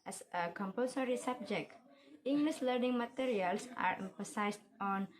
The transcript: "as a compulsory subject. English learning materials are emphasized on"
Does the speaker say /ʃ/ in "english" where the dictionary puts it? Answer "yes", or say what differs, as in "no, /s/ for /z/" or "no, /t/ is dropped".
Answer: no, /s/ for /ʃ/